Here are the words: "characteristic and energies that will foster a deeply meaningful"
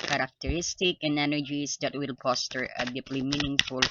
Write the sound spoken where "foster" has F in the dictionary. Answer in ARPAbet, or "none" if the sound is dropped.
P